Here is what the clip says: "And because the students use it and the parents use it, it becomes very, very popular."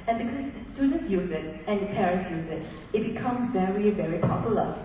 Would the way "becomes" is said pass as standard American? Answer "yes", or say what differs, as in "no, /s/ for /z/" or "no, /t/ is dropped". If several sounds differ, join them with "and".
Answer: no, /z/ is dropped